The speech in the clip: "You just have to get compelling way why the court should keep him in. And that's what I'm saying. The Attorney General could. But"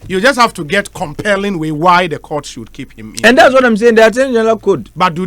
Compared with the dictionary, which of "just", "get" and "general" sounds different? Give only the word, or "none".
general